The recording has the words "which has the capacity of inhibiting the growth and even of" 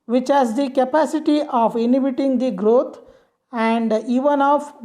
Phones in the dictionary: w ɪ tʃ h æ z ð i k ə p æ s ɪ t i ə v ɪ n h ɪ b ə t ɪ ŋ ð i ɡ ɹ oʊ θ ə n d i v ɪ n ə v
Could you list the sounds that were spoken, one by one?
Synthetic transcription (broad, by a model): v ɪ tʃ h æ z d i k ə p æ s ɪ t i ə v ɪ n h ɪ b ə t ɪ ŋ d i ɡ ɹ oʊ t ə n d i v ɪ n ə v